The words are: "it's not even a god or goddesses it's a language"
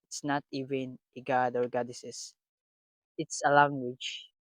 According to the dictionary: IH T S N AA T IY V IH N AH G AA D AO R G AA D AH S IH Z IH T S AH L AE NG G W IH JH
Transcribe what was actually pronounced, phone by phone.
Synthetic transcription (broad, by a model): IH T S N AA T IY V IH N AH G AA D AO R G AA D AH S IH S IH T S AH L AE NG G W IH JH